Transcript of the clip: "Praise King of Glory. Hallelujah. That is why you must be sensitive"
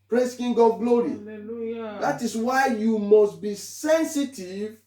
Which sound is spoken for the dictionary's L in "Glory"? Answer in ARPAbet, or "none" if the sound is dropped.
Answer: L